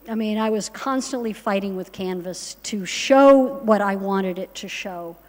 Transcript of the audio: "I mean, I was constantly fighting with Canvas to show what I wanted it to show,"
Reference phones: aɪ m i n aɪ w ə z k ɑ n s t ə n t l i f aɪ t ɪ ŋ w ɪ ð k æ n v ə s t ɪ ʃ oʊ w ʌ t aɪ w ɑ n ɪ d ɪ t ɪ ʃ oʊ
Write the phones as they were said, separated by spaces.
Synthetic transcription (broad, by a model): aɪ m i n aɪ w ə z k ɑ n s t ə n t l i f aɪ t ɪ ŋ w ɪ ð k æ n v ə s t ɪ ʃ oʊ w ʌ t aɪ w ɑ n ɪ d ɪ t ɪ ʃ oʊ